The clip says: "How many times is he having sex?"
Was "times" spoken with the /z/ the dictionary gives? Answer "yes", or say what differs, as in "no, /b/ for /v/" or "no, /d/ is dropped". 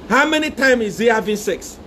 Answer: no, /z/ is dropped